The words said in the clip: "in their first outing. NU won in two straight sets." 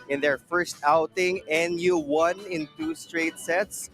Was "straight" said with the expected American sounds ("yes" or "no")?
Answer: yes